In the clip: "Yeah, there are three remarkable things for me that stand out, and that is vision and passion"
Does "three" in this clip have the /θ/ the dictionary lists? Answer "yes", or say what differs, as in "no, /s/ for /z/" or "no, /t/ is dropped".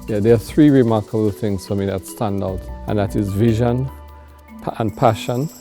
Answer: yes